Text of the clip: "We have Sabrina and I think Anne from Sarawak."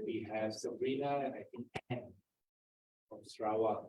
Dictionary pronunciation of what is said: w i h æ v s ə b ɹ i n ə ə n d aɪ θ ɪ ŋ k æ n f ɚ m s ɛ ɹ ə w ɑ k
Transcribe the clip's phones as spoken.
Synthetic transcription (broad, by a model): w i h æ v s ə ɹ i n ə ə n aɪ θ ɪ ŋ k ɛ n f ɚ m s ɹ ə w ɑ